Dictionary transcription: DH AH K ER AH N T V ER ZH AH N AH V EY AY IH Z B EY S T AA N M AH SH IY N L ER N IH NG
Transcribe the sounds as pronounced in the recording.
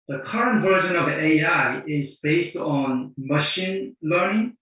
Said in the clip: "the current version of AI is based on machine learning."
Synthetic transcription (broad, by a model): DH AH K ER AH N T V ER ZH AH N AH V EY AY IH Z B EY S T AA N M AH SH IY N L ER N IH NG